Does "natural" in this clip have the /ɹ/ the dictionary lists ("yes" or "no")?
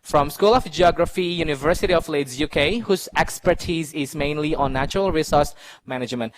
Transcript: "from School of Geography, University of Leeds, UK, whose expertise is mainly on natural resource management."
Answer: yes